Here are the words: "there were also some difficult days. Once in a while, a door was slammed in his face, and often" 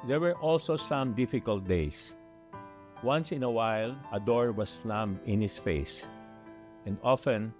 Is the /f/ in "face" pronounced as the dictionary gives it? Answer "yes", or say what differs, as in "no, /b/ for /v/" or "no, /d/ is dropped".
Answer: yes